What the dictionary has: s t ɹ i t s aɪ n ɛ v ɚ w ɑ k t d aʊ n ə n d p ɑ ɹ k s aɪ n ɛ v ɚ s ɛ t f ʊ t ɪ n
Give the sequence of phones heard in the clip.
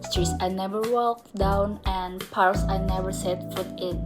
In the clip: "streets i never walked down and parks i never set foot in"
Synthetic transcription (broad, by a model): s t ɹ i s aɪ n ɛ v ɚ w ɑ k d aʊ n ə n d p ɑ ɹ s aɪ n ɛ v ɚ s ɛ t f ʊ t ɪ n